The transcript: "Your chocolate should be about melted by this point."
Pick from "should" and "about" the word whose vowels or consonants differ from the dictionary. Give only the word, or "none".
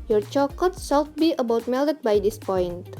should